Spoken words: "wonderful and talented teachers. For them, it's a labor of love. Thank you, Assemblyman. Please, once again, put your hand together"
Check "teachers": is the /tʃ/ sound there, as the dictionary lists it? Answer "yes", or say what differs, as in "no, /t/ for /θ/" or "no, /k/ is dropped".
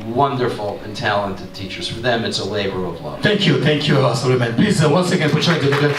yes